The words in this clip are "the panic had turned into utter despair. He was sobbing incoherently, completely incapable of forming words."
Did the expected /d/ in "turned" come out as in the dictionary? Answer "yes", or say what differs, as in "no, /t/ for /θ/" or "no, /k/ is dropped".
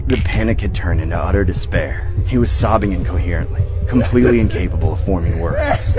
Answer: yes